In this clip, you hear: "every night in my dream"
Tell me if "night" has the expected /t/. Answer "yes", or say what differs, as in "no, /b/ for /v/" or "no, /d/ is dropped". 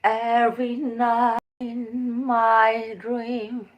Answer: no, /t/ is dropped